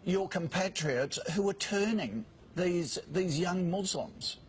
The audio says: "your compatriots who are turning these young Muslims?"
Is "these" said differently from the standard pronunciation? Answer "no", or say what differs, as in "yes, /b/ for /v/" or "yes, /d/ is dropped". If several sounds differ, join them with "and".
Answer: no